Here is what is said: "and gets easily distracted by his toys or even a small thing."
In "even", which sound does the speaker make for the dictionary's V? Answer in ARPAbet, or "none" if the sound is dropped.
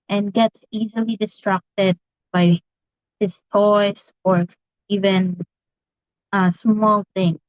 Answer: V